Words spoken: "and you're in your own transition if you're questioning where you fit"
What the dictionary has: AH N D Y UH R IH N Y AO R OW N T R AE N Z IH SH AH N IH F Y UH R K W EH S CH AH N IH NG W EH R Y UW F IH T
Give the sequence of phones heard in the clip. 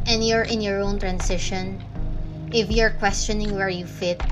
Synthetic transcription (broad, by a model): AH N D Y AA R IH N Y AO R OW N T R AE N S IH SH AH N IH F Y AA R K W EH S CH AH N IH NG W EH R Y UW F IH T